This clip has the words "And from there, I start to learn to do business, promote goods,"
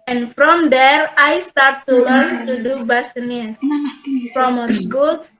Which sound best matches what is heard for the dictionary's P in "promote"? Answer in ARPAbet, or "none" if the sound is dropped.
F